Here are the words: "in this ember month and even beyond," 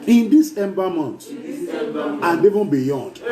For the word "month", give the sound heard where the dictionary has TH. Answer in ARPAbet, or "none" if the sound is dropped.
T